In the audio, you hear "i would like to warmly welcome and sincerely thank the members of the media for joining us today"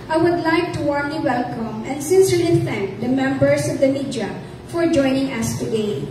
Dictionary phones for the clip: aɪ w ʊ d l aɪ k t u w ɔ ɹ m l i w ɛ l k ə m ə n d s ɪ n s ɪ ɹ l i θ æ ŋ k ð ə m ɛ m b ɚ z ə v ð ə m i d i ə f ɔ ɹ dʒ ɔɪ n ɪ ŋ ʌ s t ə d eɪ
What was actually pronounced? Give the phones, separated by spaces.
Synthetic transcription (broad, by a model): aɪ w ʊ d l aɪ k t u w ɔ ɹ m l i w ɛ l k ə m ə n d s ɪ n s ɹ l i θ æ ŋ k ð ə m ɛ m b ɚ s ə v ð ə m i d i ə f ɔ ɹ dʒ ɔɪ n ɪ ŋ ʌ s t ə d eɪ